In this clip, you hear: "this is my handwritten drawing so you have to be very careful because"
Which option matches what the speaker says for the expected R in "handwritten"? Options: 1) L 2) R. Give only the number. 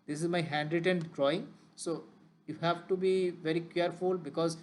2